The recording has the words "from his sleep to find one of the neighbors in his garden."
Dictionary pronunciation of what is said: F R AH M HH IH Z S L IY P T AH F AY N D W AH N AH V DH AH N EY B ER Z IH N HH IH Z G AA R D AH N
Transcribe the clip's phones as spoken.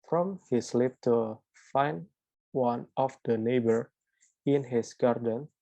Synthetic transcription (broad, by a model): F R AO M HH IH S L IY P T AH F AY N W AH N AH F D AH N EY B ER IH N HH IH S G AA R D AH N